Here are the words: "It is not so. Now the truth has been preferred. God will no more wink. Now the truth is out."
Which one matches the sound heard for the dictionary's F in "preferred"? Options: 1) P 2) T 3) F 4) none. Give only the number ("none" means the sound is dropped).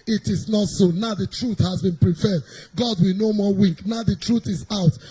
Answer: 1